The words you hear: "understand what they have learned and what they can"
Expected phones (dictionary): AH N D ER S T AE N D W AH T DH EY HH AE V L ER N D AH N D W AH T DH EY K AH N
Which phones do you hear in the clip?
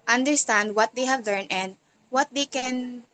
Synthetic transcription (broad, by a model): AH N D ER S T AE N D W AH T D EY HH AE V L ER N AH N D W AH T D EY K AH N